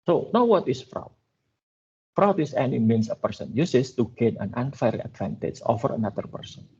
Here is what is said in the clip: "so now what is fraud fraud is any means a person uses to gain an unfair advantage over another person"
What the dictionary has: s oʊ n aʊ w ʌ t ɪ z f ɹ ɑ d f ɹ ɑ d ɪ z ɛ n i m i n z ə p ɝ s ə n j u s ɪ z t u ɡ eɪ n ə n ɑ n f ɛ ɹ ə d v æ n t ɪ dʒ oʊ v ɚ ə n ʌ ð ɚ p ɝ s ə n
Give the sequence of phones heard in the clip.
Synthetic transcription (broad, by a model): s oʊ n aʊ w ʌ t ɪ s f ɹ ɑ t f ɹ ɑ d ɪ s ɛ n i m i n s ə p ɝ s ə n j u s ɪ s t u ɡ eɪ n ə n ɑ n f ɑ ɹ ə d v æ n t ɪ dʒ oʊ f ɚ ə n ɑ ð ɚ p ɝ s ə n